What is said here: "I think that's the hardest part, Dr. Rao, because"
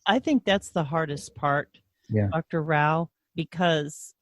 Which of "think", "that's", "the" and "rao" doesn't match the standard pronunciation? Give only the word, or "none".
none